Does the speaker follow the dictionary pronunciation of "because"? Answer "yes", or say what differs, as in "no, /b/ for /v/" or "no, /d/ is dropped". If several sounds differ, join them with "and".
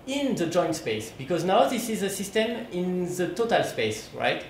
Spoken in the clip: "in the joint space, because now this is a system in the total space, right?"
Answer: yes